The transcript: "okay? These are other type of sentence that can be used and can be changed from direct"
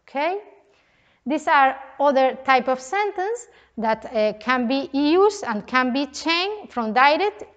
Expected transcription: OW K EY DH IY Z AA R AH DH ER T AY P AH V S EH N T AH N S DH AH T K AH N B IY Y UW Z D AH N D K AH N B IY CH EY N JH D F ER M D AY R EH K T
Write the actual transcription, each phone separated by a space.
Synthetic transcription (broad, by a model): K EY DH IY S AA R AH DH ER T AY P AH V S EH N T AH N S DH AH T K AH N B IY Y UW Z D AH N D K AH N B IY CH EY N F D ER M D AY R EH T